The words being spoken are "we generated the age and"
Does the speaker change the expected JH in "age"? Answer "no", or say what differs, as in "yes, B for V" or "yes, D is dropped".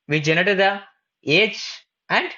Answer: yes, CH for JH